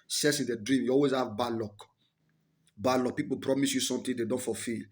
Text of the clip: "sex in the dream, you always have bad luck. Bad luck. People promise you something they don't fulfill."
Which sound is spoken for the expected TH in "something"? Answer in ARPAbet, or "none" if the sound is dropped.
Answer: T